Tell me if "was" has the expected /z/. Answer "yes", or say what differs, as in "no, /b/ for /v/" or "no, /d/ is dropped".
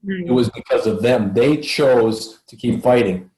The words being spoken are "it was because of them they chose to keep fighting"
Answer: yes